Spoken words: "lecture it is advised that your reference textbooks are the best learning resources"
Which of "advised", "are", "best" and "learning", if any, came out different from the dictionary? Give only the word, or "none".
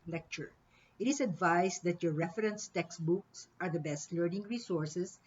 advised